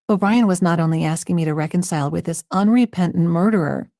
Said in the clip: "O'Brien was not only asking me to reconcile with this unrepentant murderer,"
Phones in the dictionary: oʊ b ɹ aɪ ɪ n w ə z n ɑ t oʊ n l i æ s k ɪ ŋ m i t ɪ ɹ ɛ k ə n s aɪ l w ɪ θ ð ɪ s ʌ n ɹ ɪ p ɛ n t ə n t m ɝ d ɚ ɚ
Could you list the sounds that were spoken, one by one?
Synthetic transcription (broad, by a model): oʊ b ɹ aɪ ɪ n w ə z n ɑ t oʊ n l i æ s k ɪ ŋ m i t ɪ ɹ ɛ k ə n s aɪ l w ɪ ð ɪ s ʌ n ɹ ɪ p ɛ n t n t m ɝ d ɚ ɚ